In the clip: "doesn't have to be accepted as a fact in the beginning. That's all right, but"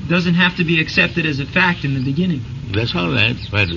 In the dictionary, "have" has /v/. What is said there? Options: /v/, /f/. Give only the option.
/f/